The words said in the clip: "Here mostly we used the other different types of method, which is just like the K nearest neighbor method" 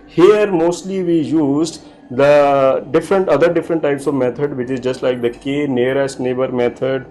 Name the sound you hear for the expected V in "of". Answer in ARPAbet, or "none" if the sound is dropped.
V